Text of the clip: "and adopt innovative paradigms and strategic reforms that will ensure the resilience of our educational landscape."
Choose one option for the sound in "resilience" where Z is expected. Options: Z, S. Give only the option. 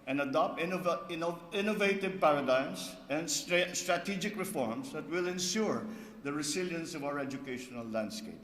S